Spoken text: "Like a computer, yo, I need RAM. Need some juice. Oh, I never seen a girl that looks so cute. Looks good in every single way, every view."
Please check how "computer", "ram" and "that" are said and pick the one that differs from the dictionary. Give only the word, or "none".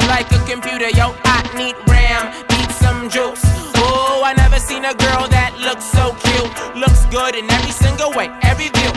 none